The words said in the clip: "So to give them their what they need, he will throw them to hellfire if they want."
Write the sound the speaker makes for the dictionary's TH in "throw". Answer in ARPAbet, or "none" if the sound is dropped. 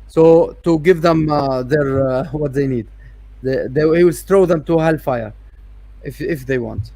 T